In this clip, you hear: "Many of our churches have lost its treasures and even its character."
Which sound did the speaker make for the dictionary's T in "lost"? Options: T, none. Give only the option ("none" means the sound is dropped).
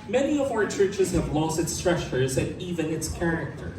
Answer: T